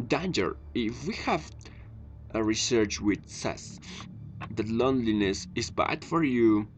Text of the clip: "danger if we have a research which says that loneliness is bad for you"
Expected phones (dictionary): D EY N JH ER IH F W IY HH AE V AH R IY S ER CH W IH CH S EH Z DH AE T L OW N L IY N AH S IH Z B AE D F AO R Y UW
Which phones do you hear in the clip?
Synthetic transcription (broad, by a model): D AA N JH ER IH F W IY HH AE V AH R IY S ER CH W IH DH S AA S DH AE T L OW N L IY N AH S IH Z B AE D F AO R Y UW